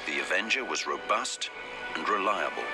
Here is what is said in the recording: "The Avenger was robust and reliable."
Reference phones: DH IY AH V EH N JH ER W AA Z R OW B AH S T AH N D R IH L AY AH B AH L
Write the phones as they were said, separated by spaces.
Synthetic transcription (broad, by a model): DH IY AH V EH N JH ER W AA Z R OW B AH S T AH N R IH L AY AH B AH L